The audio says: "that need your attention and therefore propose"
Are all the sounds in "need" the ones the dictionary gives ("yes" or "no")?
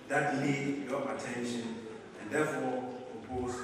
no